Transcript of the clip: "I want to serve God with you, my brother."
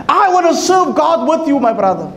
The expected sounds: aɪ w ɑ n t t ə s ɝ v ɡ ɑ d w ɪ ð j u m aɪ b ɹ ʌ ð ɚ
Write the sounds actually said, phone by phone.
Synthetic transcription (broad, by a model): aɪ w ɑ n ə s ɝ v ɡ ɑ d w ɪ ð j u m aɪ b ɹ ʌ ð ɚ